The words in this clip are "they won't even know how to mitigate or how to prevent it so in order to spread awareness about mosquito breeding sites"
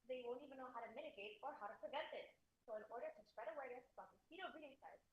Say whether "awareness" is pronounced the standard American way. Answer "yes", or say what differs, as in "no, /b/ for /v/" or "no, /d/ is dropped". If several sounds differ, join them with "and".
no, /n/ is dropped